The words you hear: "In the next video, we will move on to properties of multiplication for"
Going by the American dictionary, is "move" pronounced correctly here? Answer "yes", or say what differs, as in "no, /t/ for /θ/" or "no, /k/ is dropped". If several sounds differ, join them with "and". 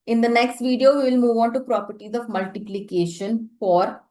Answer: yes